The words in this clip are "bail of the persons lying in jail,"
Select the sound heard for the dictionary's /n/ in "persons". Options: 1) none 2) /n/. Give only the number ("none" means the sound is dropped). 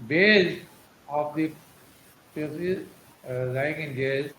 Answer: 1